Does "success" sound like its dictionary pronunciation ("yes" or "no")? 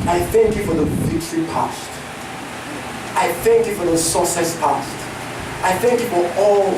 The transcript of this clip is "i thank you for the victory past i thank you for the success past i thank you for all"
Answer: no